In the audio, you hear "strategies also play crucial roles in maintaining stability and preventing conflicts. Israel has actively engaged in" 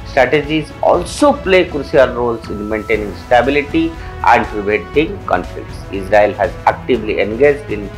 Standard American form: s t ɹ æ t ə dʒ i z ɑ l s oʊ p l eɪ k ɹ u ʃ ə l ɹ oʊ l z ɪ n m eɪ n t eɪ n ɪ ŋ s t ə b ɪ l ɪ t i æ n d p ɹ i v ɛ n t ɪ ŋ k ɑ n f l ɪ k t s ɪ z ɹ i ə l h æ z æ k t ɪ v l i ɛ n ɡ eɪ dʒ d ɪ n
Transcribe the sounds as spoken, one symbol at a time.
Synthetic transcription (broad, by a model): s t ɹ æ t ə dʒ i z ɑ l s oʊ p l eɪ k ɹ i ə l ɹ oʊ l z ɪ n m eɪ n t eɪ n ɪ ŋ s t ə b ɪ l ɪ t i æ n d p ɹ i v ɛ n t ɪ ŋ k ɑ n f l ɪ k t s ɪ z ɹ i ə l h æ z æ k t ɪ v l i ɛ n ɡ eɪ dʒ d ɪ n